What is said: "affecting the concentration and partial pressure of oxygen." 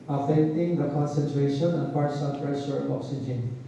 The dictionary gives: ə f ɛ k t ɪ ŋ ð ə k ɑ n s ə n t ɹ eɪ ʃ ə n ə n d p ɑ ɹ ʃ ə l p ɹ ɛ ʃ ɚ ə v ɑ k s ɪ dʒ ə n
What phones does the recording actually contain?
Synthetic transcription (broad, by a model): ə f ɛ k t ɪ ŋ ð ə k ɑ n s ə n t ɹ eɪ ʃ ə n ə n p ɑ ɹ s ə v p ɹ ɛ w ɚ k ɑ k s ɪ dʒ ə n